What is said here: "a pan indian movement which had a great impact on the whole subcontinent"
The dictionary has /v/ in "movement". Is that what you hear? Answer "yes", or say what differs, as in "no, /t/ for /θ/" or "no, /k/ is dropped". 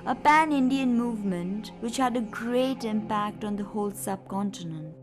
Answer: yes